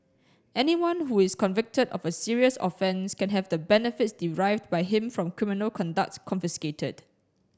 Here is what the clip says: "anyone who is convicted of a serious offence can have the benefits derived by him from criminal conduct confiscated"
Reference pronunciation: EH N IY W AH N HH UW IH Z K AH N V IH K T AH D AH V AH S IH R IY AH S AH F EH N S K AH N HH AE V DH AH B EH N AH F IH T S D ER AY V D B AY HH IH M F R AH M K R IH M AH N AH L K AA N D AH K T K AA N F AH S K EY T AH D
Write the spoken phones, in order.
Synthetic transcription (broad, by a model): EH N IY W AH N HH UW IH S K AH N V IH K T AH D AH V AH S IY R IY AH S AH F EH N S K AH N HH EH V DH AH B EH N AH F IH T S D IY AY V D B AY HH IH M F R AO M K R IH M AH N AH L K AA N D AH K T K AA N F AH S K EY T AH D